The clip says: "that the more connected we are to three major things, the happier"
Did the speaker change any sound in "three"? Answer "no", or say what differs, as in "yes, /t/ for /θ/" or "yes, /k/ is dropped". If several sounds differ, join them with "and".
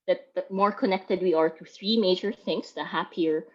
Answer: no